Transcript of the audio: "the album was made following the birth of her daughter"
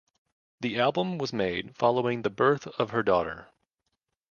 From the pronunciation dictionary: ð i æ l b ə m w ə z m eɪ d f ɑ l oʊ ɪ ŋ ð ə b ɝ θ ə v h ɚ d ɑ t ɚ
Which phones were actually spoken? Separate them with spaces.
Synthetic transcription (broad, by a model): ð i æ l b ə m w ə z m eɪ d f ɑ l oʊ ɪ ŋ ð ə b ɝ θ ə v ɚ d ɑ t ɚ